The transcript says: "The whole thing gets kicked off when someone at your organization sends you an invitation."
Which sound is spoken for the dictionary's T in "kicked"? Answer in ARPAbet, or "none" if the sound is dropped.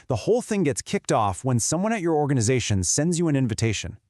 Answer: T